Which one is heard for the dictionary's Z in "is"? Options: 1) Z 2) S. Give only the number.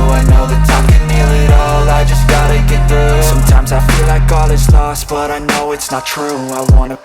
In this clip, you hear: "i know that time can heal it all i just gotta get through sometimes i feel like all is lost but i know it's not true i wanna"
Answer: 2